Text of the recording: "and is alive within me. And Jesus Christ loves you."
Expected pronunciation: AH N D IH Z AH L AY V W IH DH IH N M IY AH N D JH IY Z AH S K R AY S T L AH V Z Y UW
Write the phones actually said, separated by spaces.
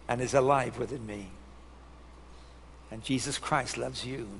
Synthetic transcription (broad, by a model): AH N IH Z AH L AY V W IH DH IH N M IY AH N JH IY Z AH S K R AY S T L AH V Z Y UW